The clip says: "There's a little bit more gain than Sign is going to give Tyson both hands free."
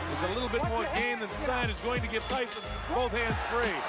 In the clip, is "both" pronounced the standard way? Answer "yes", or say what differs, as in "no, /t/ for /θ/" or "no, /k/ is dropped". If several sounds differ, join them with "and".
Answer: yes